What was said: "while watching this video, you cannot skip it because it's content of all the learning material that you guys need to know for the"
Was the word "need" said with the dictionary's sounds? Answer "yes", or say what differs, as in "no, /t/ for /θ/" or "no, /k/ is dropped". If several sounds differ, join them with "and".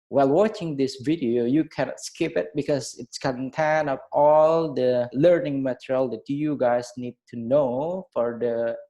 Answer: yes